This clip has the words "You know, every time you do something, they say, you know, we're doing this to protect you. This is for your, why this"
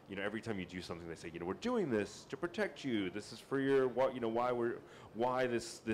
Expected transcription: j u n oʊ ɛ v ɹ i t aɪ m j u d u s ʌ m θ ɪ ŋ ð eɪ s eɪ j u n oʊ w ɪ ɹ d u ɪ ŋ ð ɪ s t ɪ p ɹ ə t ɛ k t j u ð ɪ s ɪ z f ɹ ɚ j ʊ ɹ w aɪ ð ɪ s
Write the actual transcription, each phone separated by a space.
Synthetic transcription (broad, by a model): j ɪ n oʊ ɛ v ɹ i t aɪ m j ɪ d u s ʌ m θ ɪ ŋ ð eɪ s eɪ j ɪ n oʊ w ɪ ɹ d u ɪ ŋ ð ɪ s t ɪ p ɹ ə t ɛ k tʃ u ð ɪ s ɪ z f ɹ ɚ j ʊ ɹ w aɪ ð ɪ s